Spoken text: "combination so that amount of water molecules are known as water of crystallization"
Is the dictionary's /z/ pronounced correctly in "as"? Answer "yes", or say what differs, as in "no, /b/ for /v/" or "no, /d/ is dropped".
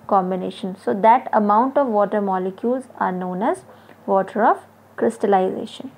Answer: yes